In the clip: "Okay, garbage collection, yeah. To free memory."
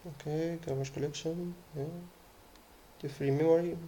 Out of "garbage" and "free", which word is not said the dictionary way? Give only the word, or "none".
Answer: garbage